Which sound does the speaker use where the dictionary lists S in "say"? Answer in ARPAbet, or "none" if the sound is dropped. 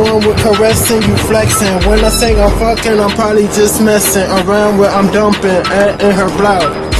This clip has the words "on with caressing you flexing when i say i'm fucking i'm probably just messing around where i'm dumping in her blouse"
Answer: TH